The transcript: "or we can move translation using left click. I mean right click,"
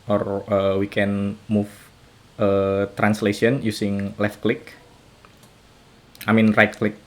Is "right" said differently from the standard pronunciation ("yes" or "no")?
no